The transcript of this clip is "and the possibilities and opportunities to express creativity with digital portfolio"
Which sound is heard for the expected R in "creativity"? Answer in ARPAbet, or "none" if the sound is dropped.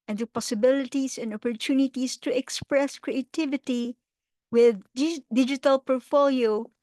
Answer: R